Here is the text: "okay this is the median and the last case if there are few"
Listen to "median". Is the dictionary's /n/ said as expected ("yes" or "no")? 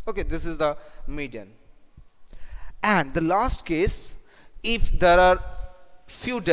yes